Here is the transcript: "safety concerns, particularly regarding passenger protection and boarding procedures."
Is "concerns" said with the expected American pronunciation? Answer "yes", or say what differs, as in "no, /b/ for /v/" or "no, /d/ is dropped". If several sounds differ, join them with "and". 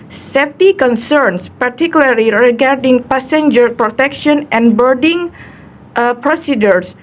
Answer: no, /s/ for /z/